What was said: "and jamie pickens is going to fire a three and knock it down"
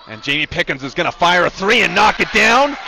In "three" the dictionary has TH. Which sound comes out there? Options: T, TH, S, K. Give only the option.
TH